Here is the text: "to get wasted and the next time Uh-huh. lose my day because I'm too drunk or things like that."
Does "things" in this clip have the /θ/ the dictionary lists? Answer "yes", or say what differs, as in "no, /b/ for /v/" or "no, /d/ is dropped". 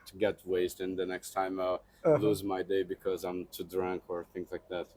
yes